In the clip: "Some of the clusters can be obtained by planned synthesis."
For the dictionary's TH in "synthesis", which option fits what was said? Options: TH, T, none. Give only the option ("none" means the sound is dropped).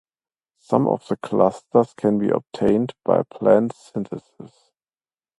T